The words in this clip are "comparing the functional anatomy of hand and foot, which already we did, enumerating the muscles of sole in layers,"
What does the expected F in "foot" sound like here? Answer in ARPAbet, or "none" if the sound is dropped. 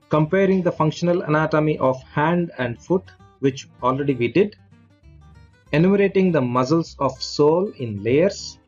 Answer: F